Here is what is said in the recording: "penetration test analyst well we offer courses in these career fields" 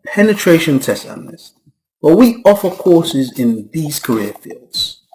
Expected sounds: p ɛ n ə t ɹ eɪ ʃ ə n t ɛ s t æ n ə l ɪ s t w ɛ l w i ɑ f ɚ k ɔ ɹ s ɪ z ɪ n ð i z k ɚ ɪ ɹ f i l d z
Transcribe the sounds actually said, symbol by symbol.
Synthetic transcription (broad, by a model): p ɛ n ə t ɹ eɪ ʃ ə n t ɛ s t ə n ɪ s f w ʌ w i ɑ f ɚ k ɔ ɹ s ɪ z ɪ n ð i z k ɚ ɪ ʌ f i l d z